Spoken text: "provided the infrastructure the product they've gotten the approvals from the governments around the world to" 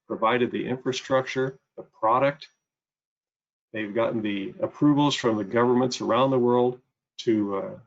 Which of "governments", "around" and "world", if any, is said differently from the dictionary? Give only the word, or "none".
none